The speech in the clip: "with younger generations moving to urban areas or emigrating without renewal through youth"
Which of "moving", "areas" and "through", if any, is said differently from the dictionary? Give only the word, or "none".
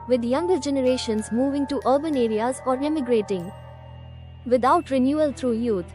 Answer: through